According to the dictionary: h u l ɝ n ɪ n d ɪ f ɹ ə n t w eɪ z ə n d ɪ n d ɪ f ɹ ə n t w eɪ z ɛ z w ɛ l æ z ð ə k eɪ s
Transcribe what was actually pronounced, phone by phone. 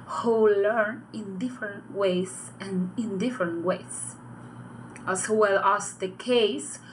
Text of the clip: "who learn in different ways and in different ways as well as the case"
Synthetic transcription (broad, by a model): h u l ɝ n ɪ n d ɪ f ɹ ə n t w eɪ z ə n ɪ n d ɪ f ɹ ə n t w eɪ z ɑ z w ɛ l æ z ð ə k eɪ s